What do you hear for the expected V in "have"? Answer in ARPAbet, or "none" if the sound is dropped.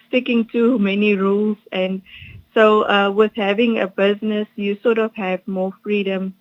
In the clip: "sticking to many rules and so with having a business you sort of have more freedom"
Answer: V